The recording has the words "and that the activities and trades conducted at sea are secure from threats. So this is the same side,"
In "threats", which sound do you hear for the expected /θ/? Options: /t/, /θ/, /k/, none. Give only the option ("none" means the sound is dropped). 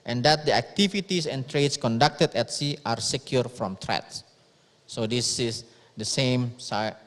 /t/